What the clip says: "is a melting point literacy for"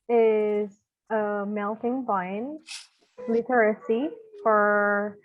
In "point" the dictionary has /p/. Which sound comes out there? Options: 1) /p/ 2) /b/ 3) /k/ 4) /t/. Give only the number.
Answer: 2